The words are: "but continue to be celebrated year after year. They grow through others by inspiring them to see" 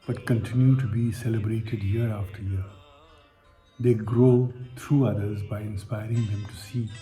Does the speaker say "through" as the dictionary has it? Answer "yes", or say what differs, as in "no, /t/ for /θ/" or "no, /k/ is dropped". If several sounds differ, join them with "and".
no, /t/ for /θ/